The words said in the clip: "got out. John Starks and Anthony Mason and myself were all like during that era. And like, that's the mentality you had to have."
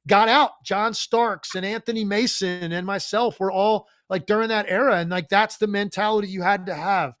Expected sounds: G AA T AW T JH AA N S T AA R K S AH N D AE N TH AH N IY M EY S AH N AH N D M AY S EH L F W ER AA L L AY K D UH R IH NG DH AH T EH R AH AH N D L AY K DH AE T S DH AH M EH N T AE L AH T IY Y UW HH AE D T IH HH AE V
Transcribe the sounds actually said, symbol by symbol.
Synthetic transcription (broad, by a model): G AA T AW T JH AA N S T AA R K S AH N AE N TH AH N IY M EY S AH N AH N M AY S EH L F W ER AA L L AY K D UH R IH NG DH AH T EH R AH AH N L AY K DH AE T S DH AH M EH N T AE L AH T IY Y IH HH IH D T IH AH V